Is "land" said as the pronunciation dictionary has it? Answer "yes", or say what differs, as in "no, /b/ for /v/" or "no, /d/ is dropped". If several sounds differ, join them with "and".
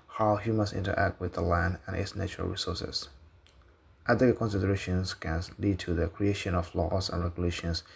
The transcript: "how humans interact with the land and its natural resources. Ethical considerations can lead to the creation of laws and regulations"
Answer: yes